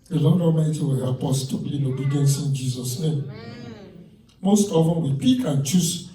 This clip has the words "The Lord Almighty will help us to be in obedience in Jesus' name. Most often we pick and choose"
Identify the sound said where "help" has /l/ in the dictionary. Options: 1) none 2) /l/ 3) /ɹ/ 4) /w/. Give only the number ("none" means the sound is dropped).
1